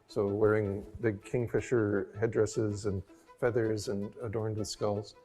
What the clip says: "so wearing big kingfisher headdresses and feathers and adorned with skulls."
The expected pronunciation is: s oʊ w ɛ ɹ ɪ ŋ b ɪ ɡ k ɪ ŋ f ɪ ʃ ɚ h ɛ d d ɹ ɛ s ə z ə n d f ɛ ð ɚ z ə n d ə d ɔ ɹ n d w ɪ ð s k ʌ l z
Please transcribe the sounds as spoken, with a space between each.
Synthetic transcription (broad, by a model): s oʊ w ɛ ɹ ɪ ŋ b ɪ ɡ k ɪ ŋ f ɪ ʃ ɚ h ɛ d d ɹ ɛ s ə z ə n f ɛ ð ɚ z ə n ə d ɔ ɹ n d w ɪ ð s k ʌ l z